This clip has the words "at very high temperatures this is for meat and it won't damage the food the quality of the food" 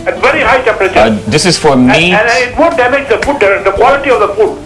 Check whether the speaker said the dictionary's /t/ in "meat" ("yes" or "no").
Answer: no